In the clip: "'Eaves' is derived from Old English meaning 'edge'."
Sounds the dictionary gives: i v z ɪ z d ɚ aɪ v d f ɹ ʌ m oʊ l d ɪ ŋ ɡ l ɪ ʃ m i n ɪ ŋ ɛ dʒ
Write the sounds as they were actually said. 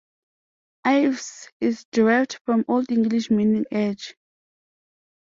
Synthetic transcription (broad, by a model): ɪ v s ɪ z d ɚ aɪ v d f ɹ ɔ m oʊ l d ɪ ŋ ɡ l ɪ ʃ m i n ɪ ŋ ɛ dʒ